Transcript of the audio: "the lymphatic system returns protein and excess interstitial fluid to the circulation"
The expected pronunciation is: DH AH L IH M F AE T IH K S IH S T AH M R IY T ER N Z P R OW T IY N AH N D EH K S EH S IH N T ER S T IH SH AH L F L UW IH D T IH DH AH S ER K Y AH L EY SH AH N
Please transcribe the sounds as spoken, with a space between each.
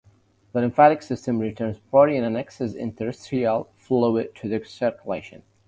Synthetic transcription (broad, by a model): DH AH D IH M F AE T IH K S IH S T AH M R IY T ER N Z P OW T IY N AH N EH K S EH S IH N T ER S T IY AH L F L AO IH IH T IH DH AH S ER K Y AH L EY SH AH N